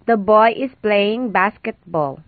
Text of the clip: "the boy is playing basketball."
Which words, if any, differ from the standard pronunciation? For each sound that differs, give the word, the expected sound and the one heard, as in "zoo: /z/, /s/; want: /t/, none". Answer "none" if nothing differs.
is: /z/, /s/